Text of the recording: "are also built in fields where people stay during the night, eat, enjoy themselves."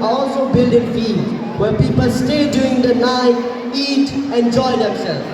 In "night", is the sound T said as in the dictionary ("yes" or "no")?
no